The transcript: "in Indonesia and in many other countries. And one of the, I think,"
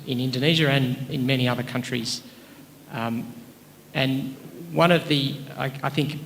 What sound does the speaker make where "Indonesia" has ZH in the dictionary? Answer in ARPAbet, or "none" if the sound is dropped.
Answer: ZH